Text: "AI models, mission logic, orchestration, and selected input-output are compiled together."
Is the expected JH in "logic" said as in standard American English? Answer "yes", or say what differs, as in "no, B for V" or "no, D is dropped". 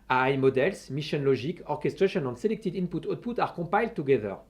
no, ZH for JH